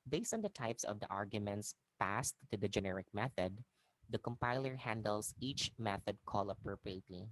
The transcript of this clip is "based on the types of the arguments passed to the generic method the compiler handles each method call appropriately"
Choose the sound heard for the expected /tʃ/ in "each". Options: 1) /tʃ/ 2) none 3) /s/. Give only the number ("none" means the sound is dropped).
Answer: 1